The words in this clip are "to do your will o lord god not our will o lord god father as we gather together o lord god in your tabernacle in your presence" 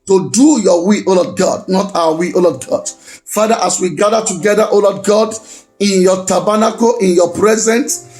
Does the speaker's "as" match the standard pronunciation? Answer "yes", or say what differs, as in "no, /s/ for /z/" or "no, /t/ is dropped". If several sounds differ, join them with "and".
no, /s/ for /z/